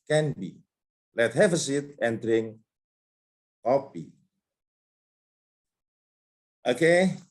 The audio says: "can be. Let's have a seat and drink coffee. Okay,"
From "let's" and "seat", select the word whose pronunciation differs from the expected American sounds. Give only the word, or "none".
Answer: let's